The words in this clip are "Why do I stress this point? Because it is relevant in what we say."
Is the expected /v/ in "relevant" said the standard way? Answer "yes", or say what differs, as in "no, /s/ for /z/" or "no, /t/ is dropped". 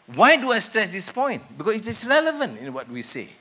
yes